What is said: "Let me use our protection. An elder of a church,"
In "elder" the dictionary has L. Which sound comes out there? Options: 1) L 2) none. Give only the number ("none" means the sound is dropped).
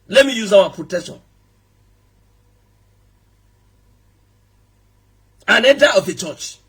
2